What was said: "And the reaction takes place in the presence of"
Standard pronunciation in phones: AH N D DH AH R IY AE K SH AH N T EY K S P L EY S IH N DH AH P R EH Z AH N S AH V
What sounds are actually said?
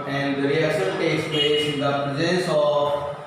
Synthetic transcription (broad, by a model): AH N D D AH R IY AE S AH L T EY K S P L EY S IH N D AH P R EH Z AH N S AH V